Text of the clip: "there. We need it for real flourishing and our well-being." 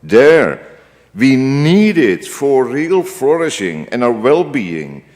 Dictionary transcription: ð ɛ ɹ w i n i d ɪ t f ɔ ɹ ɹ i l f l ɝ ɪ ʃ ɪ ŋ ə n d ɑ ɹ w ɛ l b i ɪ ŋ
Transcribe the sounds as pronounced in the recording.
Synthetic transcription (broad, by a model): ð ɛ ɹ w i n i d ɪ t f ɔ ɹ ɹ i l f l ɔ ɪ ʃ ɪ ŋ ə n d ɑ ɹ w ɛ l b i ɪ ŋ